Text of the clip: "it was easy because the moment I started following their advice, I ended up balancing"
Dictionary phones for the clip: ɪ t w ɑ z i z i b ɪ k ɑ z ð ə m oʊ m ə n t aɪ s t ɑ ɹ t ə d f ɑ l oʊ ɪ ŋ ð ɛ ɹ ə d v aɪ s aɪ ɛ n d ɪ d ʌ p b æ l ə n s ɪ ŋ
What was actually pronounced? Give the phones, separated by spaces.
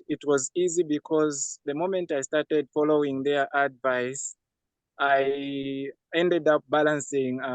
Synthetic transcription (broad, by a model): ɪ t w ɑ z i z i b ɪ k ɑ z ð ə m oʊ m ə n t aɪ s t ɑ ɹ t ə d f ɑ l oʊ ɪ ŋ ð ɛ ɹ ə d v aɪ s aɪ ɛ n d ɪ d ʌ p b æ l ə n s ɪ ŋ